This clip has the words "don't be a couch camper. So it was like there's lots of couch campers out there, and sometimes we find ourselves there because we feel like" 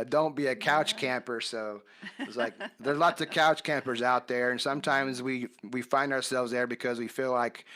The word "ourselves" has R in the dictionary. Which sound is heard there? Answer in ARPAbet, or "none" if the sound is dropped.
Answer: R